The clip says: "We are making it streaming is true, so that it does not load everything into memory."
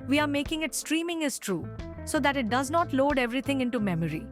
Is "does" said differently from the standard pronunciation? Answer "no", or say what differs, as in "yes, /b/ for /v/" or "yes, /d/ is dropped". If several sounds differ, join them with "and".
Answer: no